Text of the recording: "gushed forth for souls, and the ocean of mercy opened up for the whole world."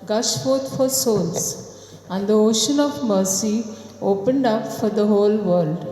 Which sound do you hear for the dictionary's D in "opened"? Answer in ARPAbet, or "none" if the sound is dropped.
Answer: D